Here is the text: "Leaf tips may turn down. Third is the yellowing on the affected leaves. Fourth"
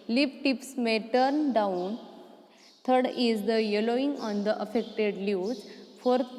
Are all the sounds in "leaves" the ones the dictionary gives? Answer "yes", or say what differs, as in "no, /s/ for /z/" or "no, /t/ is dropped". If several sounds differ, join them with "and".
no, /v/ is dropped